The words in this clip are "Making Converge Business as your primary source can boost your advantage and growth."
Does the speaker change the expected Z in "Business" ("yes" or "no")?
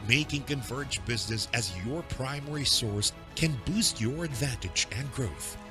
no